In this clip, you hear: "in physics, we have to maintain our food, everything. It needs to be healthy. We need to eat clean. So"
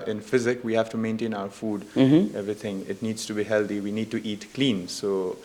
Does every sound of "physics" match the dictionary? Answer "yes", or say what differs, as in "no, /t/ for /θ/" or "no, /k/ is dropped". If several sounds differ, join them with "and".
no, /s/ is dropped